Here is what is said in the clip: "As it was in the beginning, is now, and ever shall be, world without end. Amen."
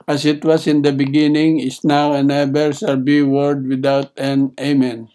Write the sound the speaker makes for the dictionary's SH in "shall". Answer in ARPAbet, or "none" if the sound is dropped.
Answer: S